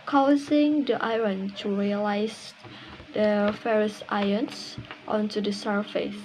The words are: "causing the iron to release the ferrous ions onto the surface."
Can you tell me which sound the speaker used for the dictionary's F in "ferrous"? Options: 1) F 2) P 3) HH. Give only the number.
1